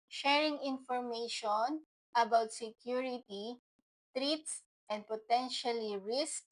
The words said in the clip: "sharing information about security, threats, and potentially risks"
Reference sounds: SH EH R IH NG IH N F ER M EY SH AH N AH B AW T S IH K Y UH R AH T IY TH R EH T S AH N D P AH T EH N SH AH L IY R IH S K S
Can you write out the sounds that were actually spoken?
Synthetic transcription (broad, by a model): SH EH R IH NG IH N F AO M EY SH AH N AH B AW T S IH K Y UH R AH T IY T R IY T S AH N D P AH T EH N SH AH L IY R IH S K